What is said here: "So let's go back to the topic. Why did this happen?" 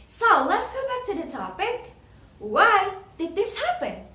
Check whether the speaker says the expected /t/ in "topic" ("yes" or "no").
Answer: yes